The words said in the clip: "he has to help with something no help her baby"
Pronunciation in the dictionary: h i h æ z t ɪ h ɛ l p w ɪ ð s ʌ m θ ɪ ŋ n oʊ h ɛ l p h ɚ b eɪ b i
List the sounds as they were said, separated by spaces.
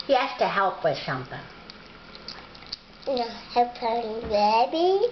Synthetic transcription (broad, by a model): h i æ s t ɪ h ɛ l p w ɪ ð ʃ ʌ m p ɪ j n oʊ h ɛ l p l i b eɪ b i